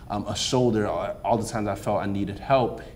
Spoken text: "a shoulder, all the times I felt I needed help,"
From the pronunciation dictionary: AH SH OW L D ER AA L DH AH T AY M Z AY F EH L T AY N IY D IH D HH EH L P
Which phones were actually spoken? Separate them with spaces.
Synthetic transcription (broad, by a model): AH S OW L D ER AA L DH AH T AY M Z AY F EH L T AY N IY D IH D HH EH L P